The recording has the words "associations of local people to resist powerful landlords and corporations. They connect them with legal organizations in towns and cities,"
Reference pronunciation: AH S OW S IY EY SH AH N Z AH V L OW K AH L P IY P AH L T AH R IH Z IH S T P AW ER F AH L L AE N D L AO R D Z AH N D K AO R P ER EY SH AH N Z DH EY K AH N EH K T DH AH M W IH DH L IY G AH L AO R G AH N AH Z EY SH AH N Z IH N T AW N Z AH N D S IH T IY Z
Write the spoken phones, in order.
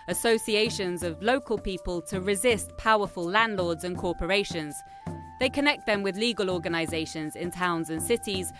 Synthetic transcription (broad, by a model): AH S OW S IY EY SH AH N Z AH V L OW K AH L P IY P AH L T AH R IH Z IH S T P AW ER F AH L L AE N D L AO D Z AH N K AO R P ER EY SH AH N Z DH EY K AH N EH K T DH AH M W IH DH L IY G AH L AO G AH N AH Z EY SH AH N Z IH N T AW N Z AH N S IH T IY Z